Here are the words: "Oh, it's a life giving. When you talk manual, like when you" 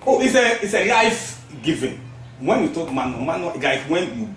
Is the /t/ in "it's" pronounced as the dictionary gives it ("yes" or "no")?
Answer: no